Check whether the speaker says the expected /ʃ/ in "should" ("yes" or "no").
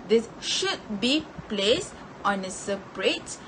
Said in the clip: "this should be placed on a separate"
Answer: yes